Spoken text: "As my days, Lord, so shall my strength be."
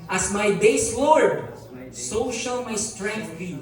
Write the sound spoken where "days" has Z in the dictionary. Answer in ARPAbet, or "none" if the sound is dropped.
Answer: S